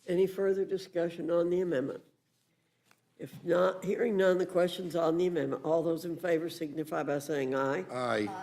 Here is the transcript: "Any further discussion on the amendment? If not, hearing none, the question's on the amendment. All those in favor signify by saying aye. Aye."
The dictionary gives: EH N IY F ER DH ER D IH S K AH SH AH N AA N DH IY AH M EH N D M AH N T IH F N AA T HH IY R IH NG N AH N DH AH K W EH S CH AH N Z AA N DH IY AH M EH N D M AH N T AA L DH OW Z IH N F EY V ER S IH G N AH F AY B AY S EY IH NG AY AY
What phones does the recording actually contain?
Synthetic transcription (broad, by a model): EH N IY F ER DH ER D IH S K AH SH AH N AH N DH IY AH M EH N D M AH N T IH F N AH T HH IY R IH NG N AH N DH AH K W EH S CH AH N Z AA N DH IY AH M EH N M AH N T AA L DH OW Z IH N F EY V ER S IH G N AH F AY B AY S EY IH NG AY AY